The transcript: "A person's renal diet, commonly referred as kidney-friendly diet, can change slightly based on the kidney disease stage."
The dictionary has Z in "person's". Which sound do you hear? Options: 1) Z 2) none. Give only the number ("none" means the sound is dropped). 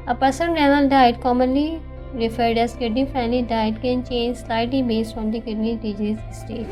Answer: 2